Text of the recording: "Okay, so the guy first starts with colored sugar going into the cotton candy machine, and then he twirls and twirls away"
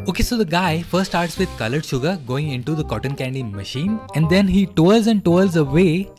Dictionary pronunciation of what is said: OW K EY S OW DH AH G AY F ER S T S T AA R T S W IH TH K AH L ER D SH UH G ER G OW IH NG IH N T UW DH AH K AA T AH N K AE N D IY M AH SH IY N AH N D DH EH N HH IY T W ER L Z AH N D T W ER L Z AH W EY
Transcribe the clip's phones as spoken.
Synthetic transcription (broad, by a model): OW K EY S OW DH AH G AY F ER T S T AA R T S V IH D K AH L ER D SH UH G ER G OW IH NG IH N T UW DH AH K AA T AH N K AE N D IY M AH SH IY N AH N D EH N HH IY T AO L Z AH N D T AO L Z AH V EY